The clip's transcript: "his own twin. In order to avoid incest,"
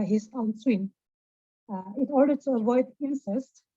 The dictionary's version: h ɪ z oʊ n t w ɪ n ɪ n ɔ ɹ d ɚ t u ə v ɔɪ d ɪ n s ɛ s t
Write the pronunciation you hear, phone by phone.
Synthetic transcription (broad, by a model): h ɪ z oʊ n s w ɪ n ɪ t ɔ ɹ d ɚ t u ə v ɔɪ d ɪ n s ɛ s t